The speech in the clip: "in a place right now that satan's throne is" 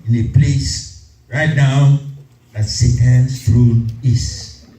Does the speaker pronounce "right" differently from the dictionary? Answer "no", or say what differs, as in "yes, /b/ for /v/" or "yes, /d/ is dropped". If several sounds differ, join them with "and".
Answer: no